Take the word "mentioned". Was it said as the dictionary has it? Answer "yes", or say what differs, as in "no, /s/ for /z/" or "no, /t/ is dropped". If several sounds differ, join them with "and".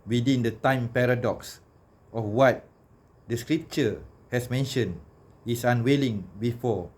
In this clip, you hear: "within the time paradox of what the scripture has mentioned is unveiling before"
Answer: no, /d/ is dropped